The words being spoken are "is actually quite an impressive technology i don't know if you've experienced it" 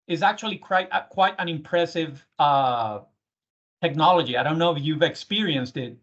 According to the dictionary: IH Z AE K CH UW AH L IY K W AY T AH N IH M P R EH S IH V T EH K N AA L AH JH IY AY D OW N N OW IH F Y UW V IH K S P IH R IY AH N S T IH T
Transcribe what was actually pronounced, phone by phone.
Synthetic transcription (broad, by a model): IH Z AE K CH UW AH W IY K W AY T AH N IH M P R EH S IH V T EH K N AA L AH JH IY AY D OW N N OW IH F Y UW V IH K S P IH R IY AH N S T IH T